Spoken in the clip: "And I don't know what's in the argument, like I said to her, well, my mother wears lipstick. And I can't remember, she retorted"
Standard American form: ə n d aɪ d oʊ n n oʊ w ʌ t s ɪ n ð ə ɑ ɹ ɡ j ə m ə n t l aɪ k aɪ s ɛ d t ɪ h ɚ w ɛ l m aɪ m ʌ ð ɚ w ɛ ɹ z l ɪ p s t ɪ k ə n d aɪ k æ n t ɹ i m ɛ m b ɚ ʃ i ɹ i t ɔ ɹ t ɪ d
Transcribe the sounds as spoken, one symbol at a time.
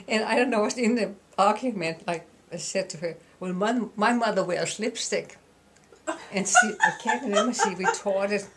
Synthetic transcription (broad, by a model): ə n aɪ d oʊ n n oʊ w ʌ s ɪ n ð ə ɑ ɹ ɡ j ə m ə n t l aɪ k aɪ s ɛ d t ɪ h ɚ w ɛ l m aɪ m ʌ ð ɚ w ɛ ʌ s l ɪ p s t ɪ k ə n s aɪ k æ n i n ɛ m ɚ s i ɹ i t ɔ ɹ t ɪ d